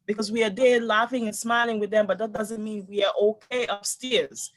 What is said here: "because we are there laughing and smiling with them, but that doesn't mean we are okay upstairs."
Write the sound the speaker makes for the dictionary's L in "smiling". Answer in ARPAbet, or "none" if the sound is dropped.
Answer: L